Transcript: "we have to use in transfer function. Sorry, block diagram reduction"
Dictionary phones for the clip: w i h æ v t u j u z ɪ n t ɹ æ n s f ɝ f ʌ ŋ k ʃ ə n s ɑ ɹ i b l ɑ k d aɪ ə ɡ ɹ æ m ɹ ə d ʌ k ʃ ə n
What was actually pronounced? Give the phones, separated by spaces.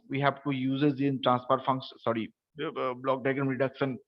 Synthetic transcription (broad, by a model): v i h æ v t u j u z ɪ n t ɹ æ n s p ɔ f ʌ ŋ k s ɑ ɹ i b l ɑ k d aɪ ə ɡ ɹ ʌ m ɹ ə d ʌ k ʃ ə n